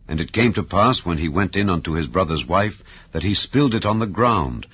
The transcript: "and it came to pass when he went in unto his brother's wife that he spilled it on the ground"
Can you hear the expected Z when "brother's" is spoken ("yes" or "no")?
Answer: yes